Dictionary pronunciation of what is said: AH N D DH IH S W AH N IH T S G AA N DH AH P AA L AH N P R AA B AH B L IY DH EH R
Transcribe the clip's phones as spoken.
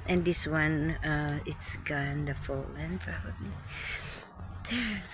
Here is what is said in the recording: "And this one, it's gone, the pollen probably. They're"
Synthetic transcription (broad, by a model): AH N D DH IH S W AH N IH T S G AA N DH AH F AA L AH N P R AA B AH B L IY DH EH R